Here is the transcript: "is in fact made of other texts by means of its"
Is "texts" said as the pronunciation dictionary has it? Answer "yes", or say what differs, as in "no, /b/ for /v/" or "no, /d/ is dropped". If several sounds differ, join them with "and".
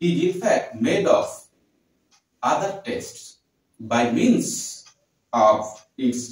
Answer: no, /k/ is dropped